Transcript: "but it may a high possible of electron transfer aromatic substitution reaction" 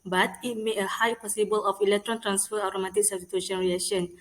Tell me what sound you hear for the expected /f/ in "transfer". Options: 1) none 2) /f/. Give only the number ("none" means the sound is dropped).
2